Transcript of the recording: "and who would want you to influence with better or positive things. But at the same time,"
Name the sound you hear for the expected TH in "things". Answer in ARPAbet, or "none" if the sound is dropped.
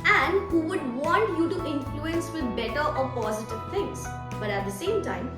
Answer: T